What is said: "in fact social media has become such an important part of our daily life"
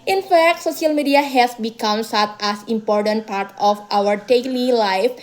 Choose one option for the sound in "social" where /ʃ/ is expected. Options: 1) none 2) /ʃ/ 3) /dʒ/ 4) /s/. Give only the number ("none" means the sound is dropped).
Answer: 4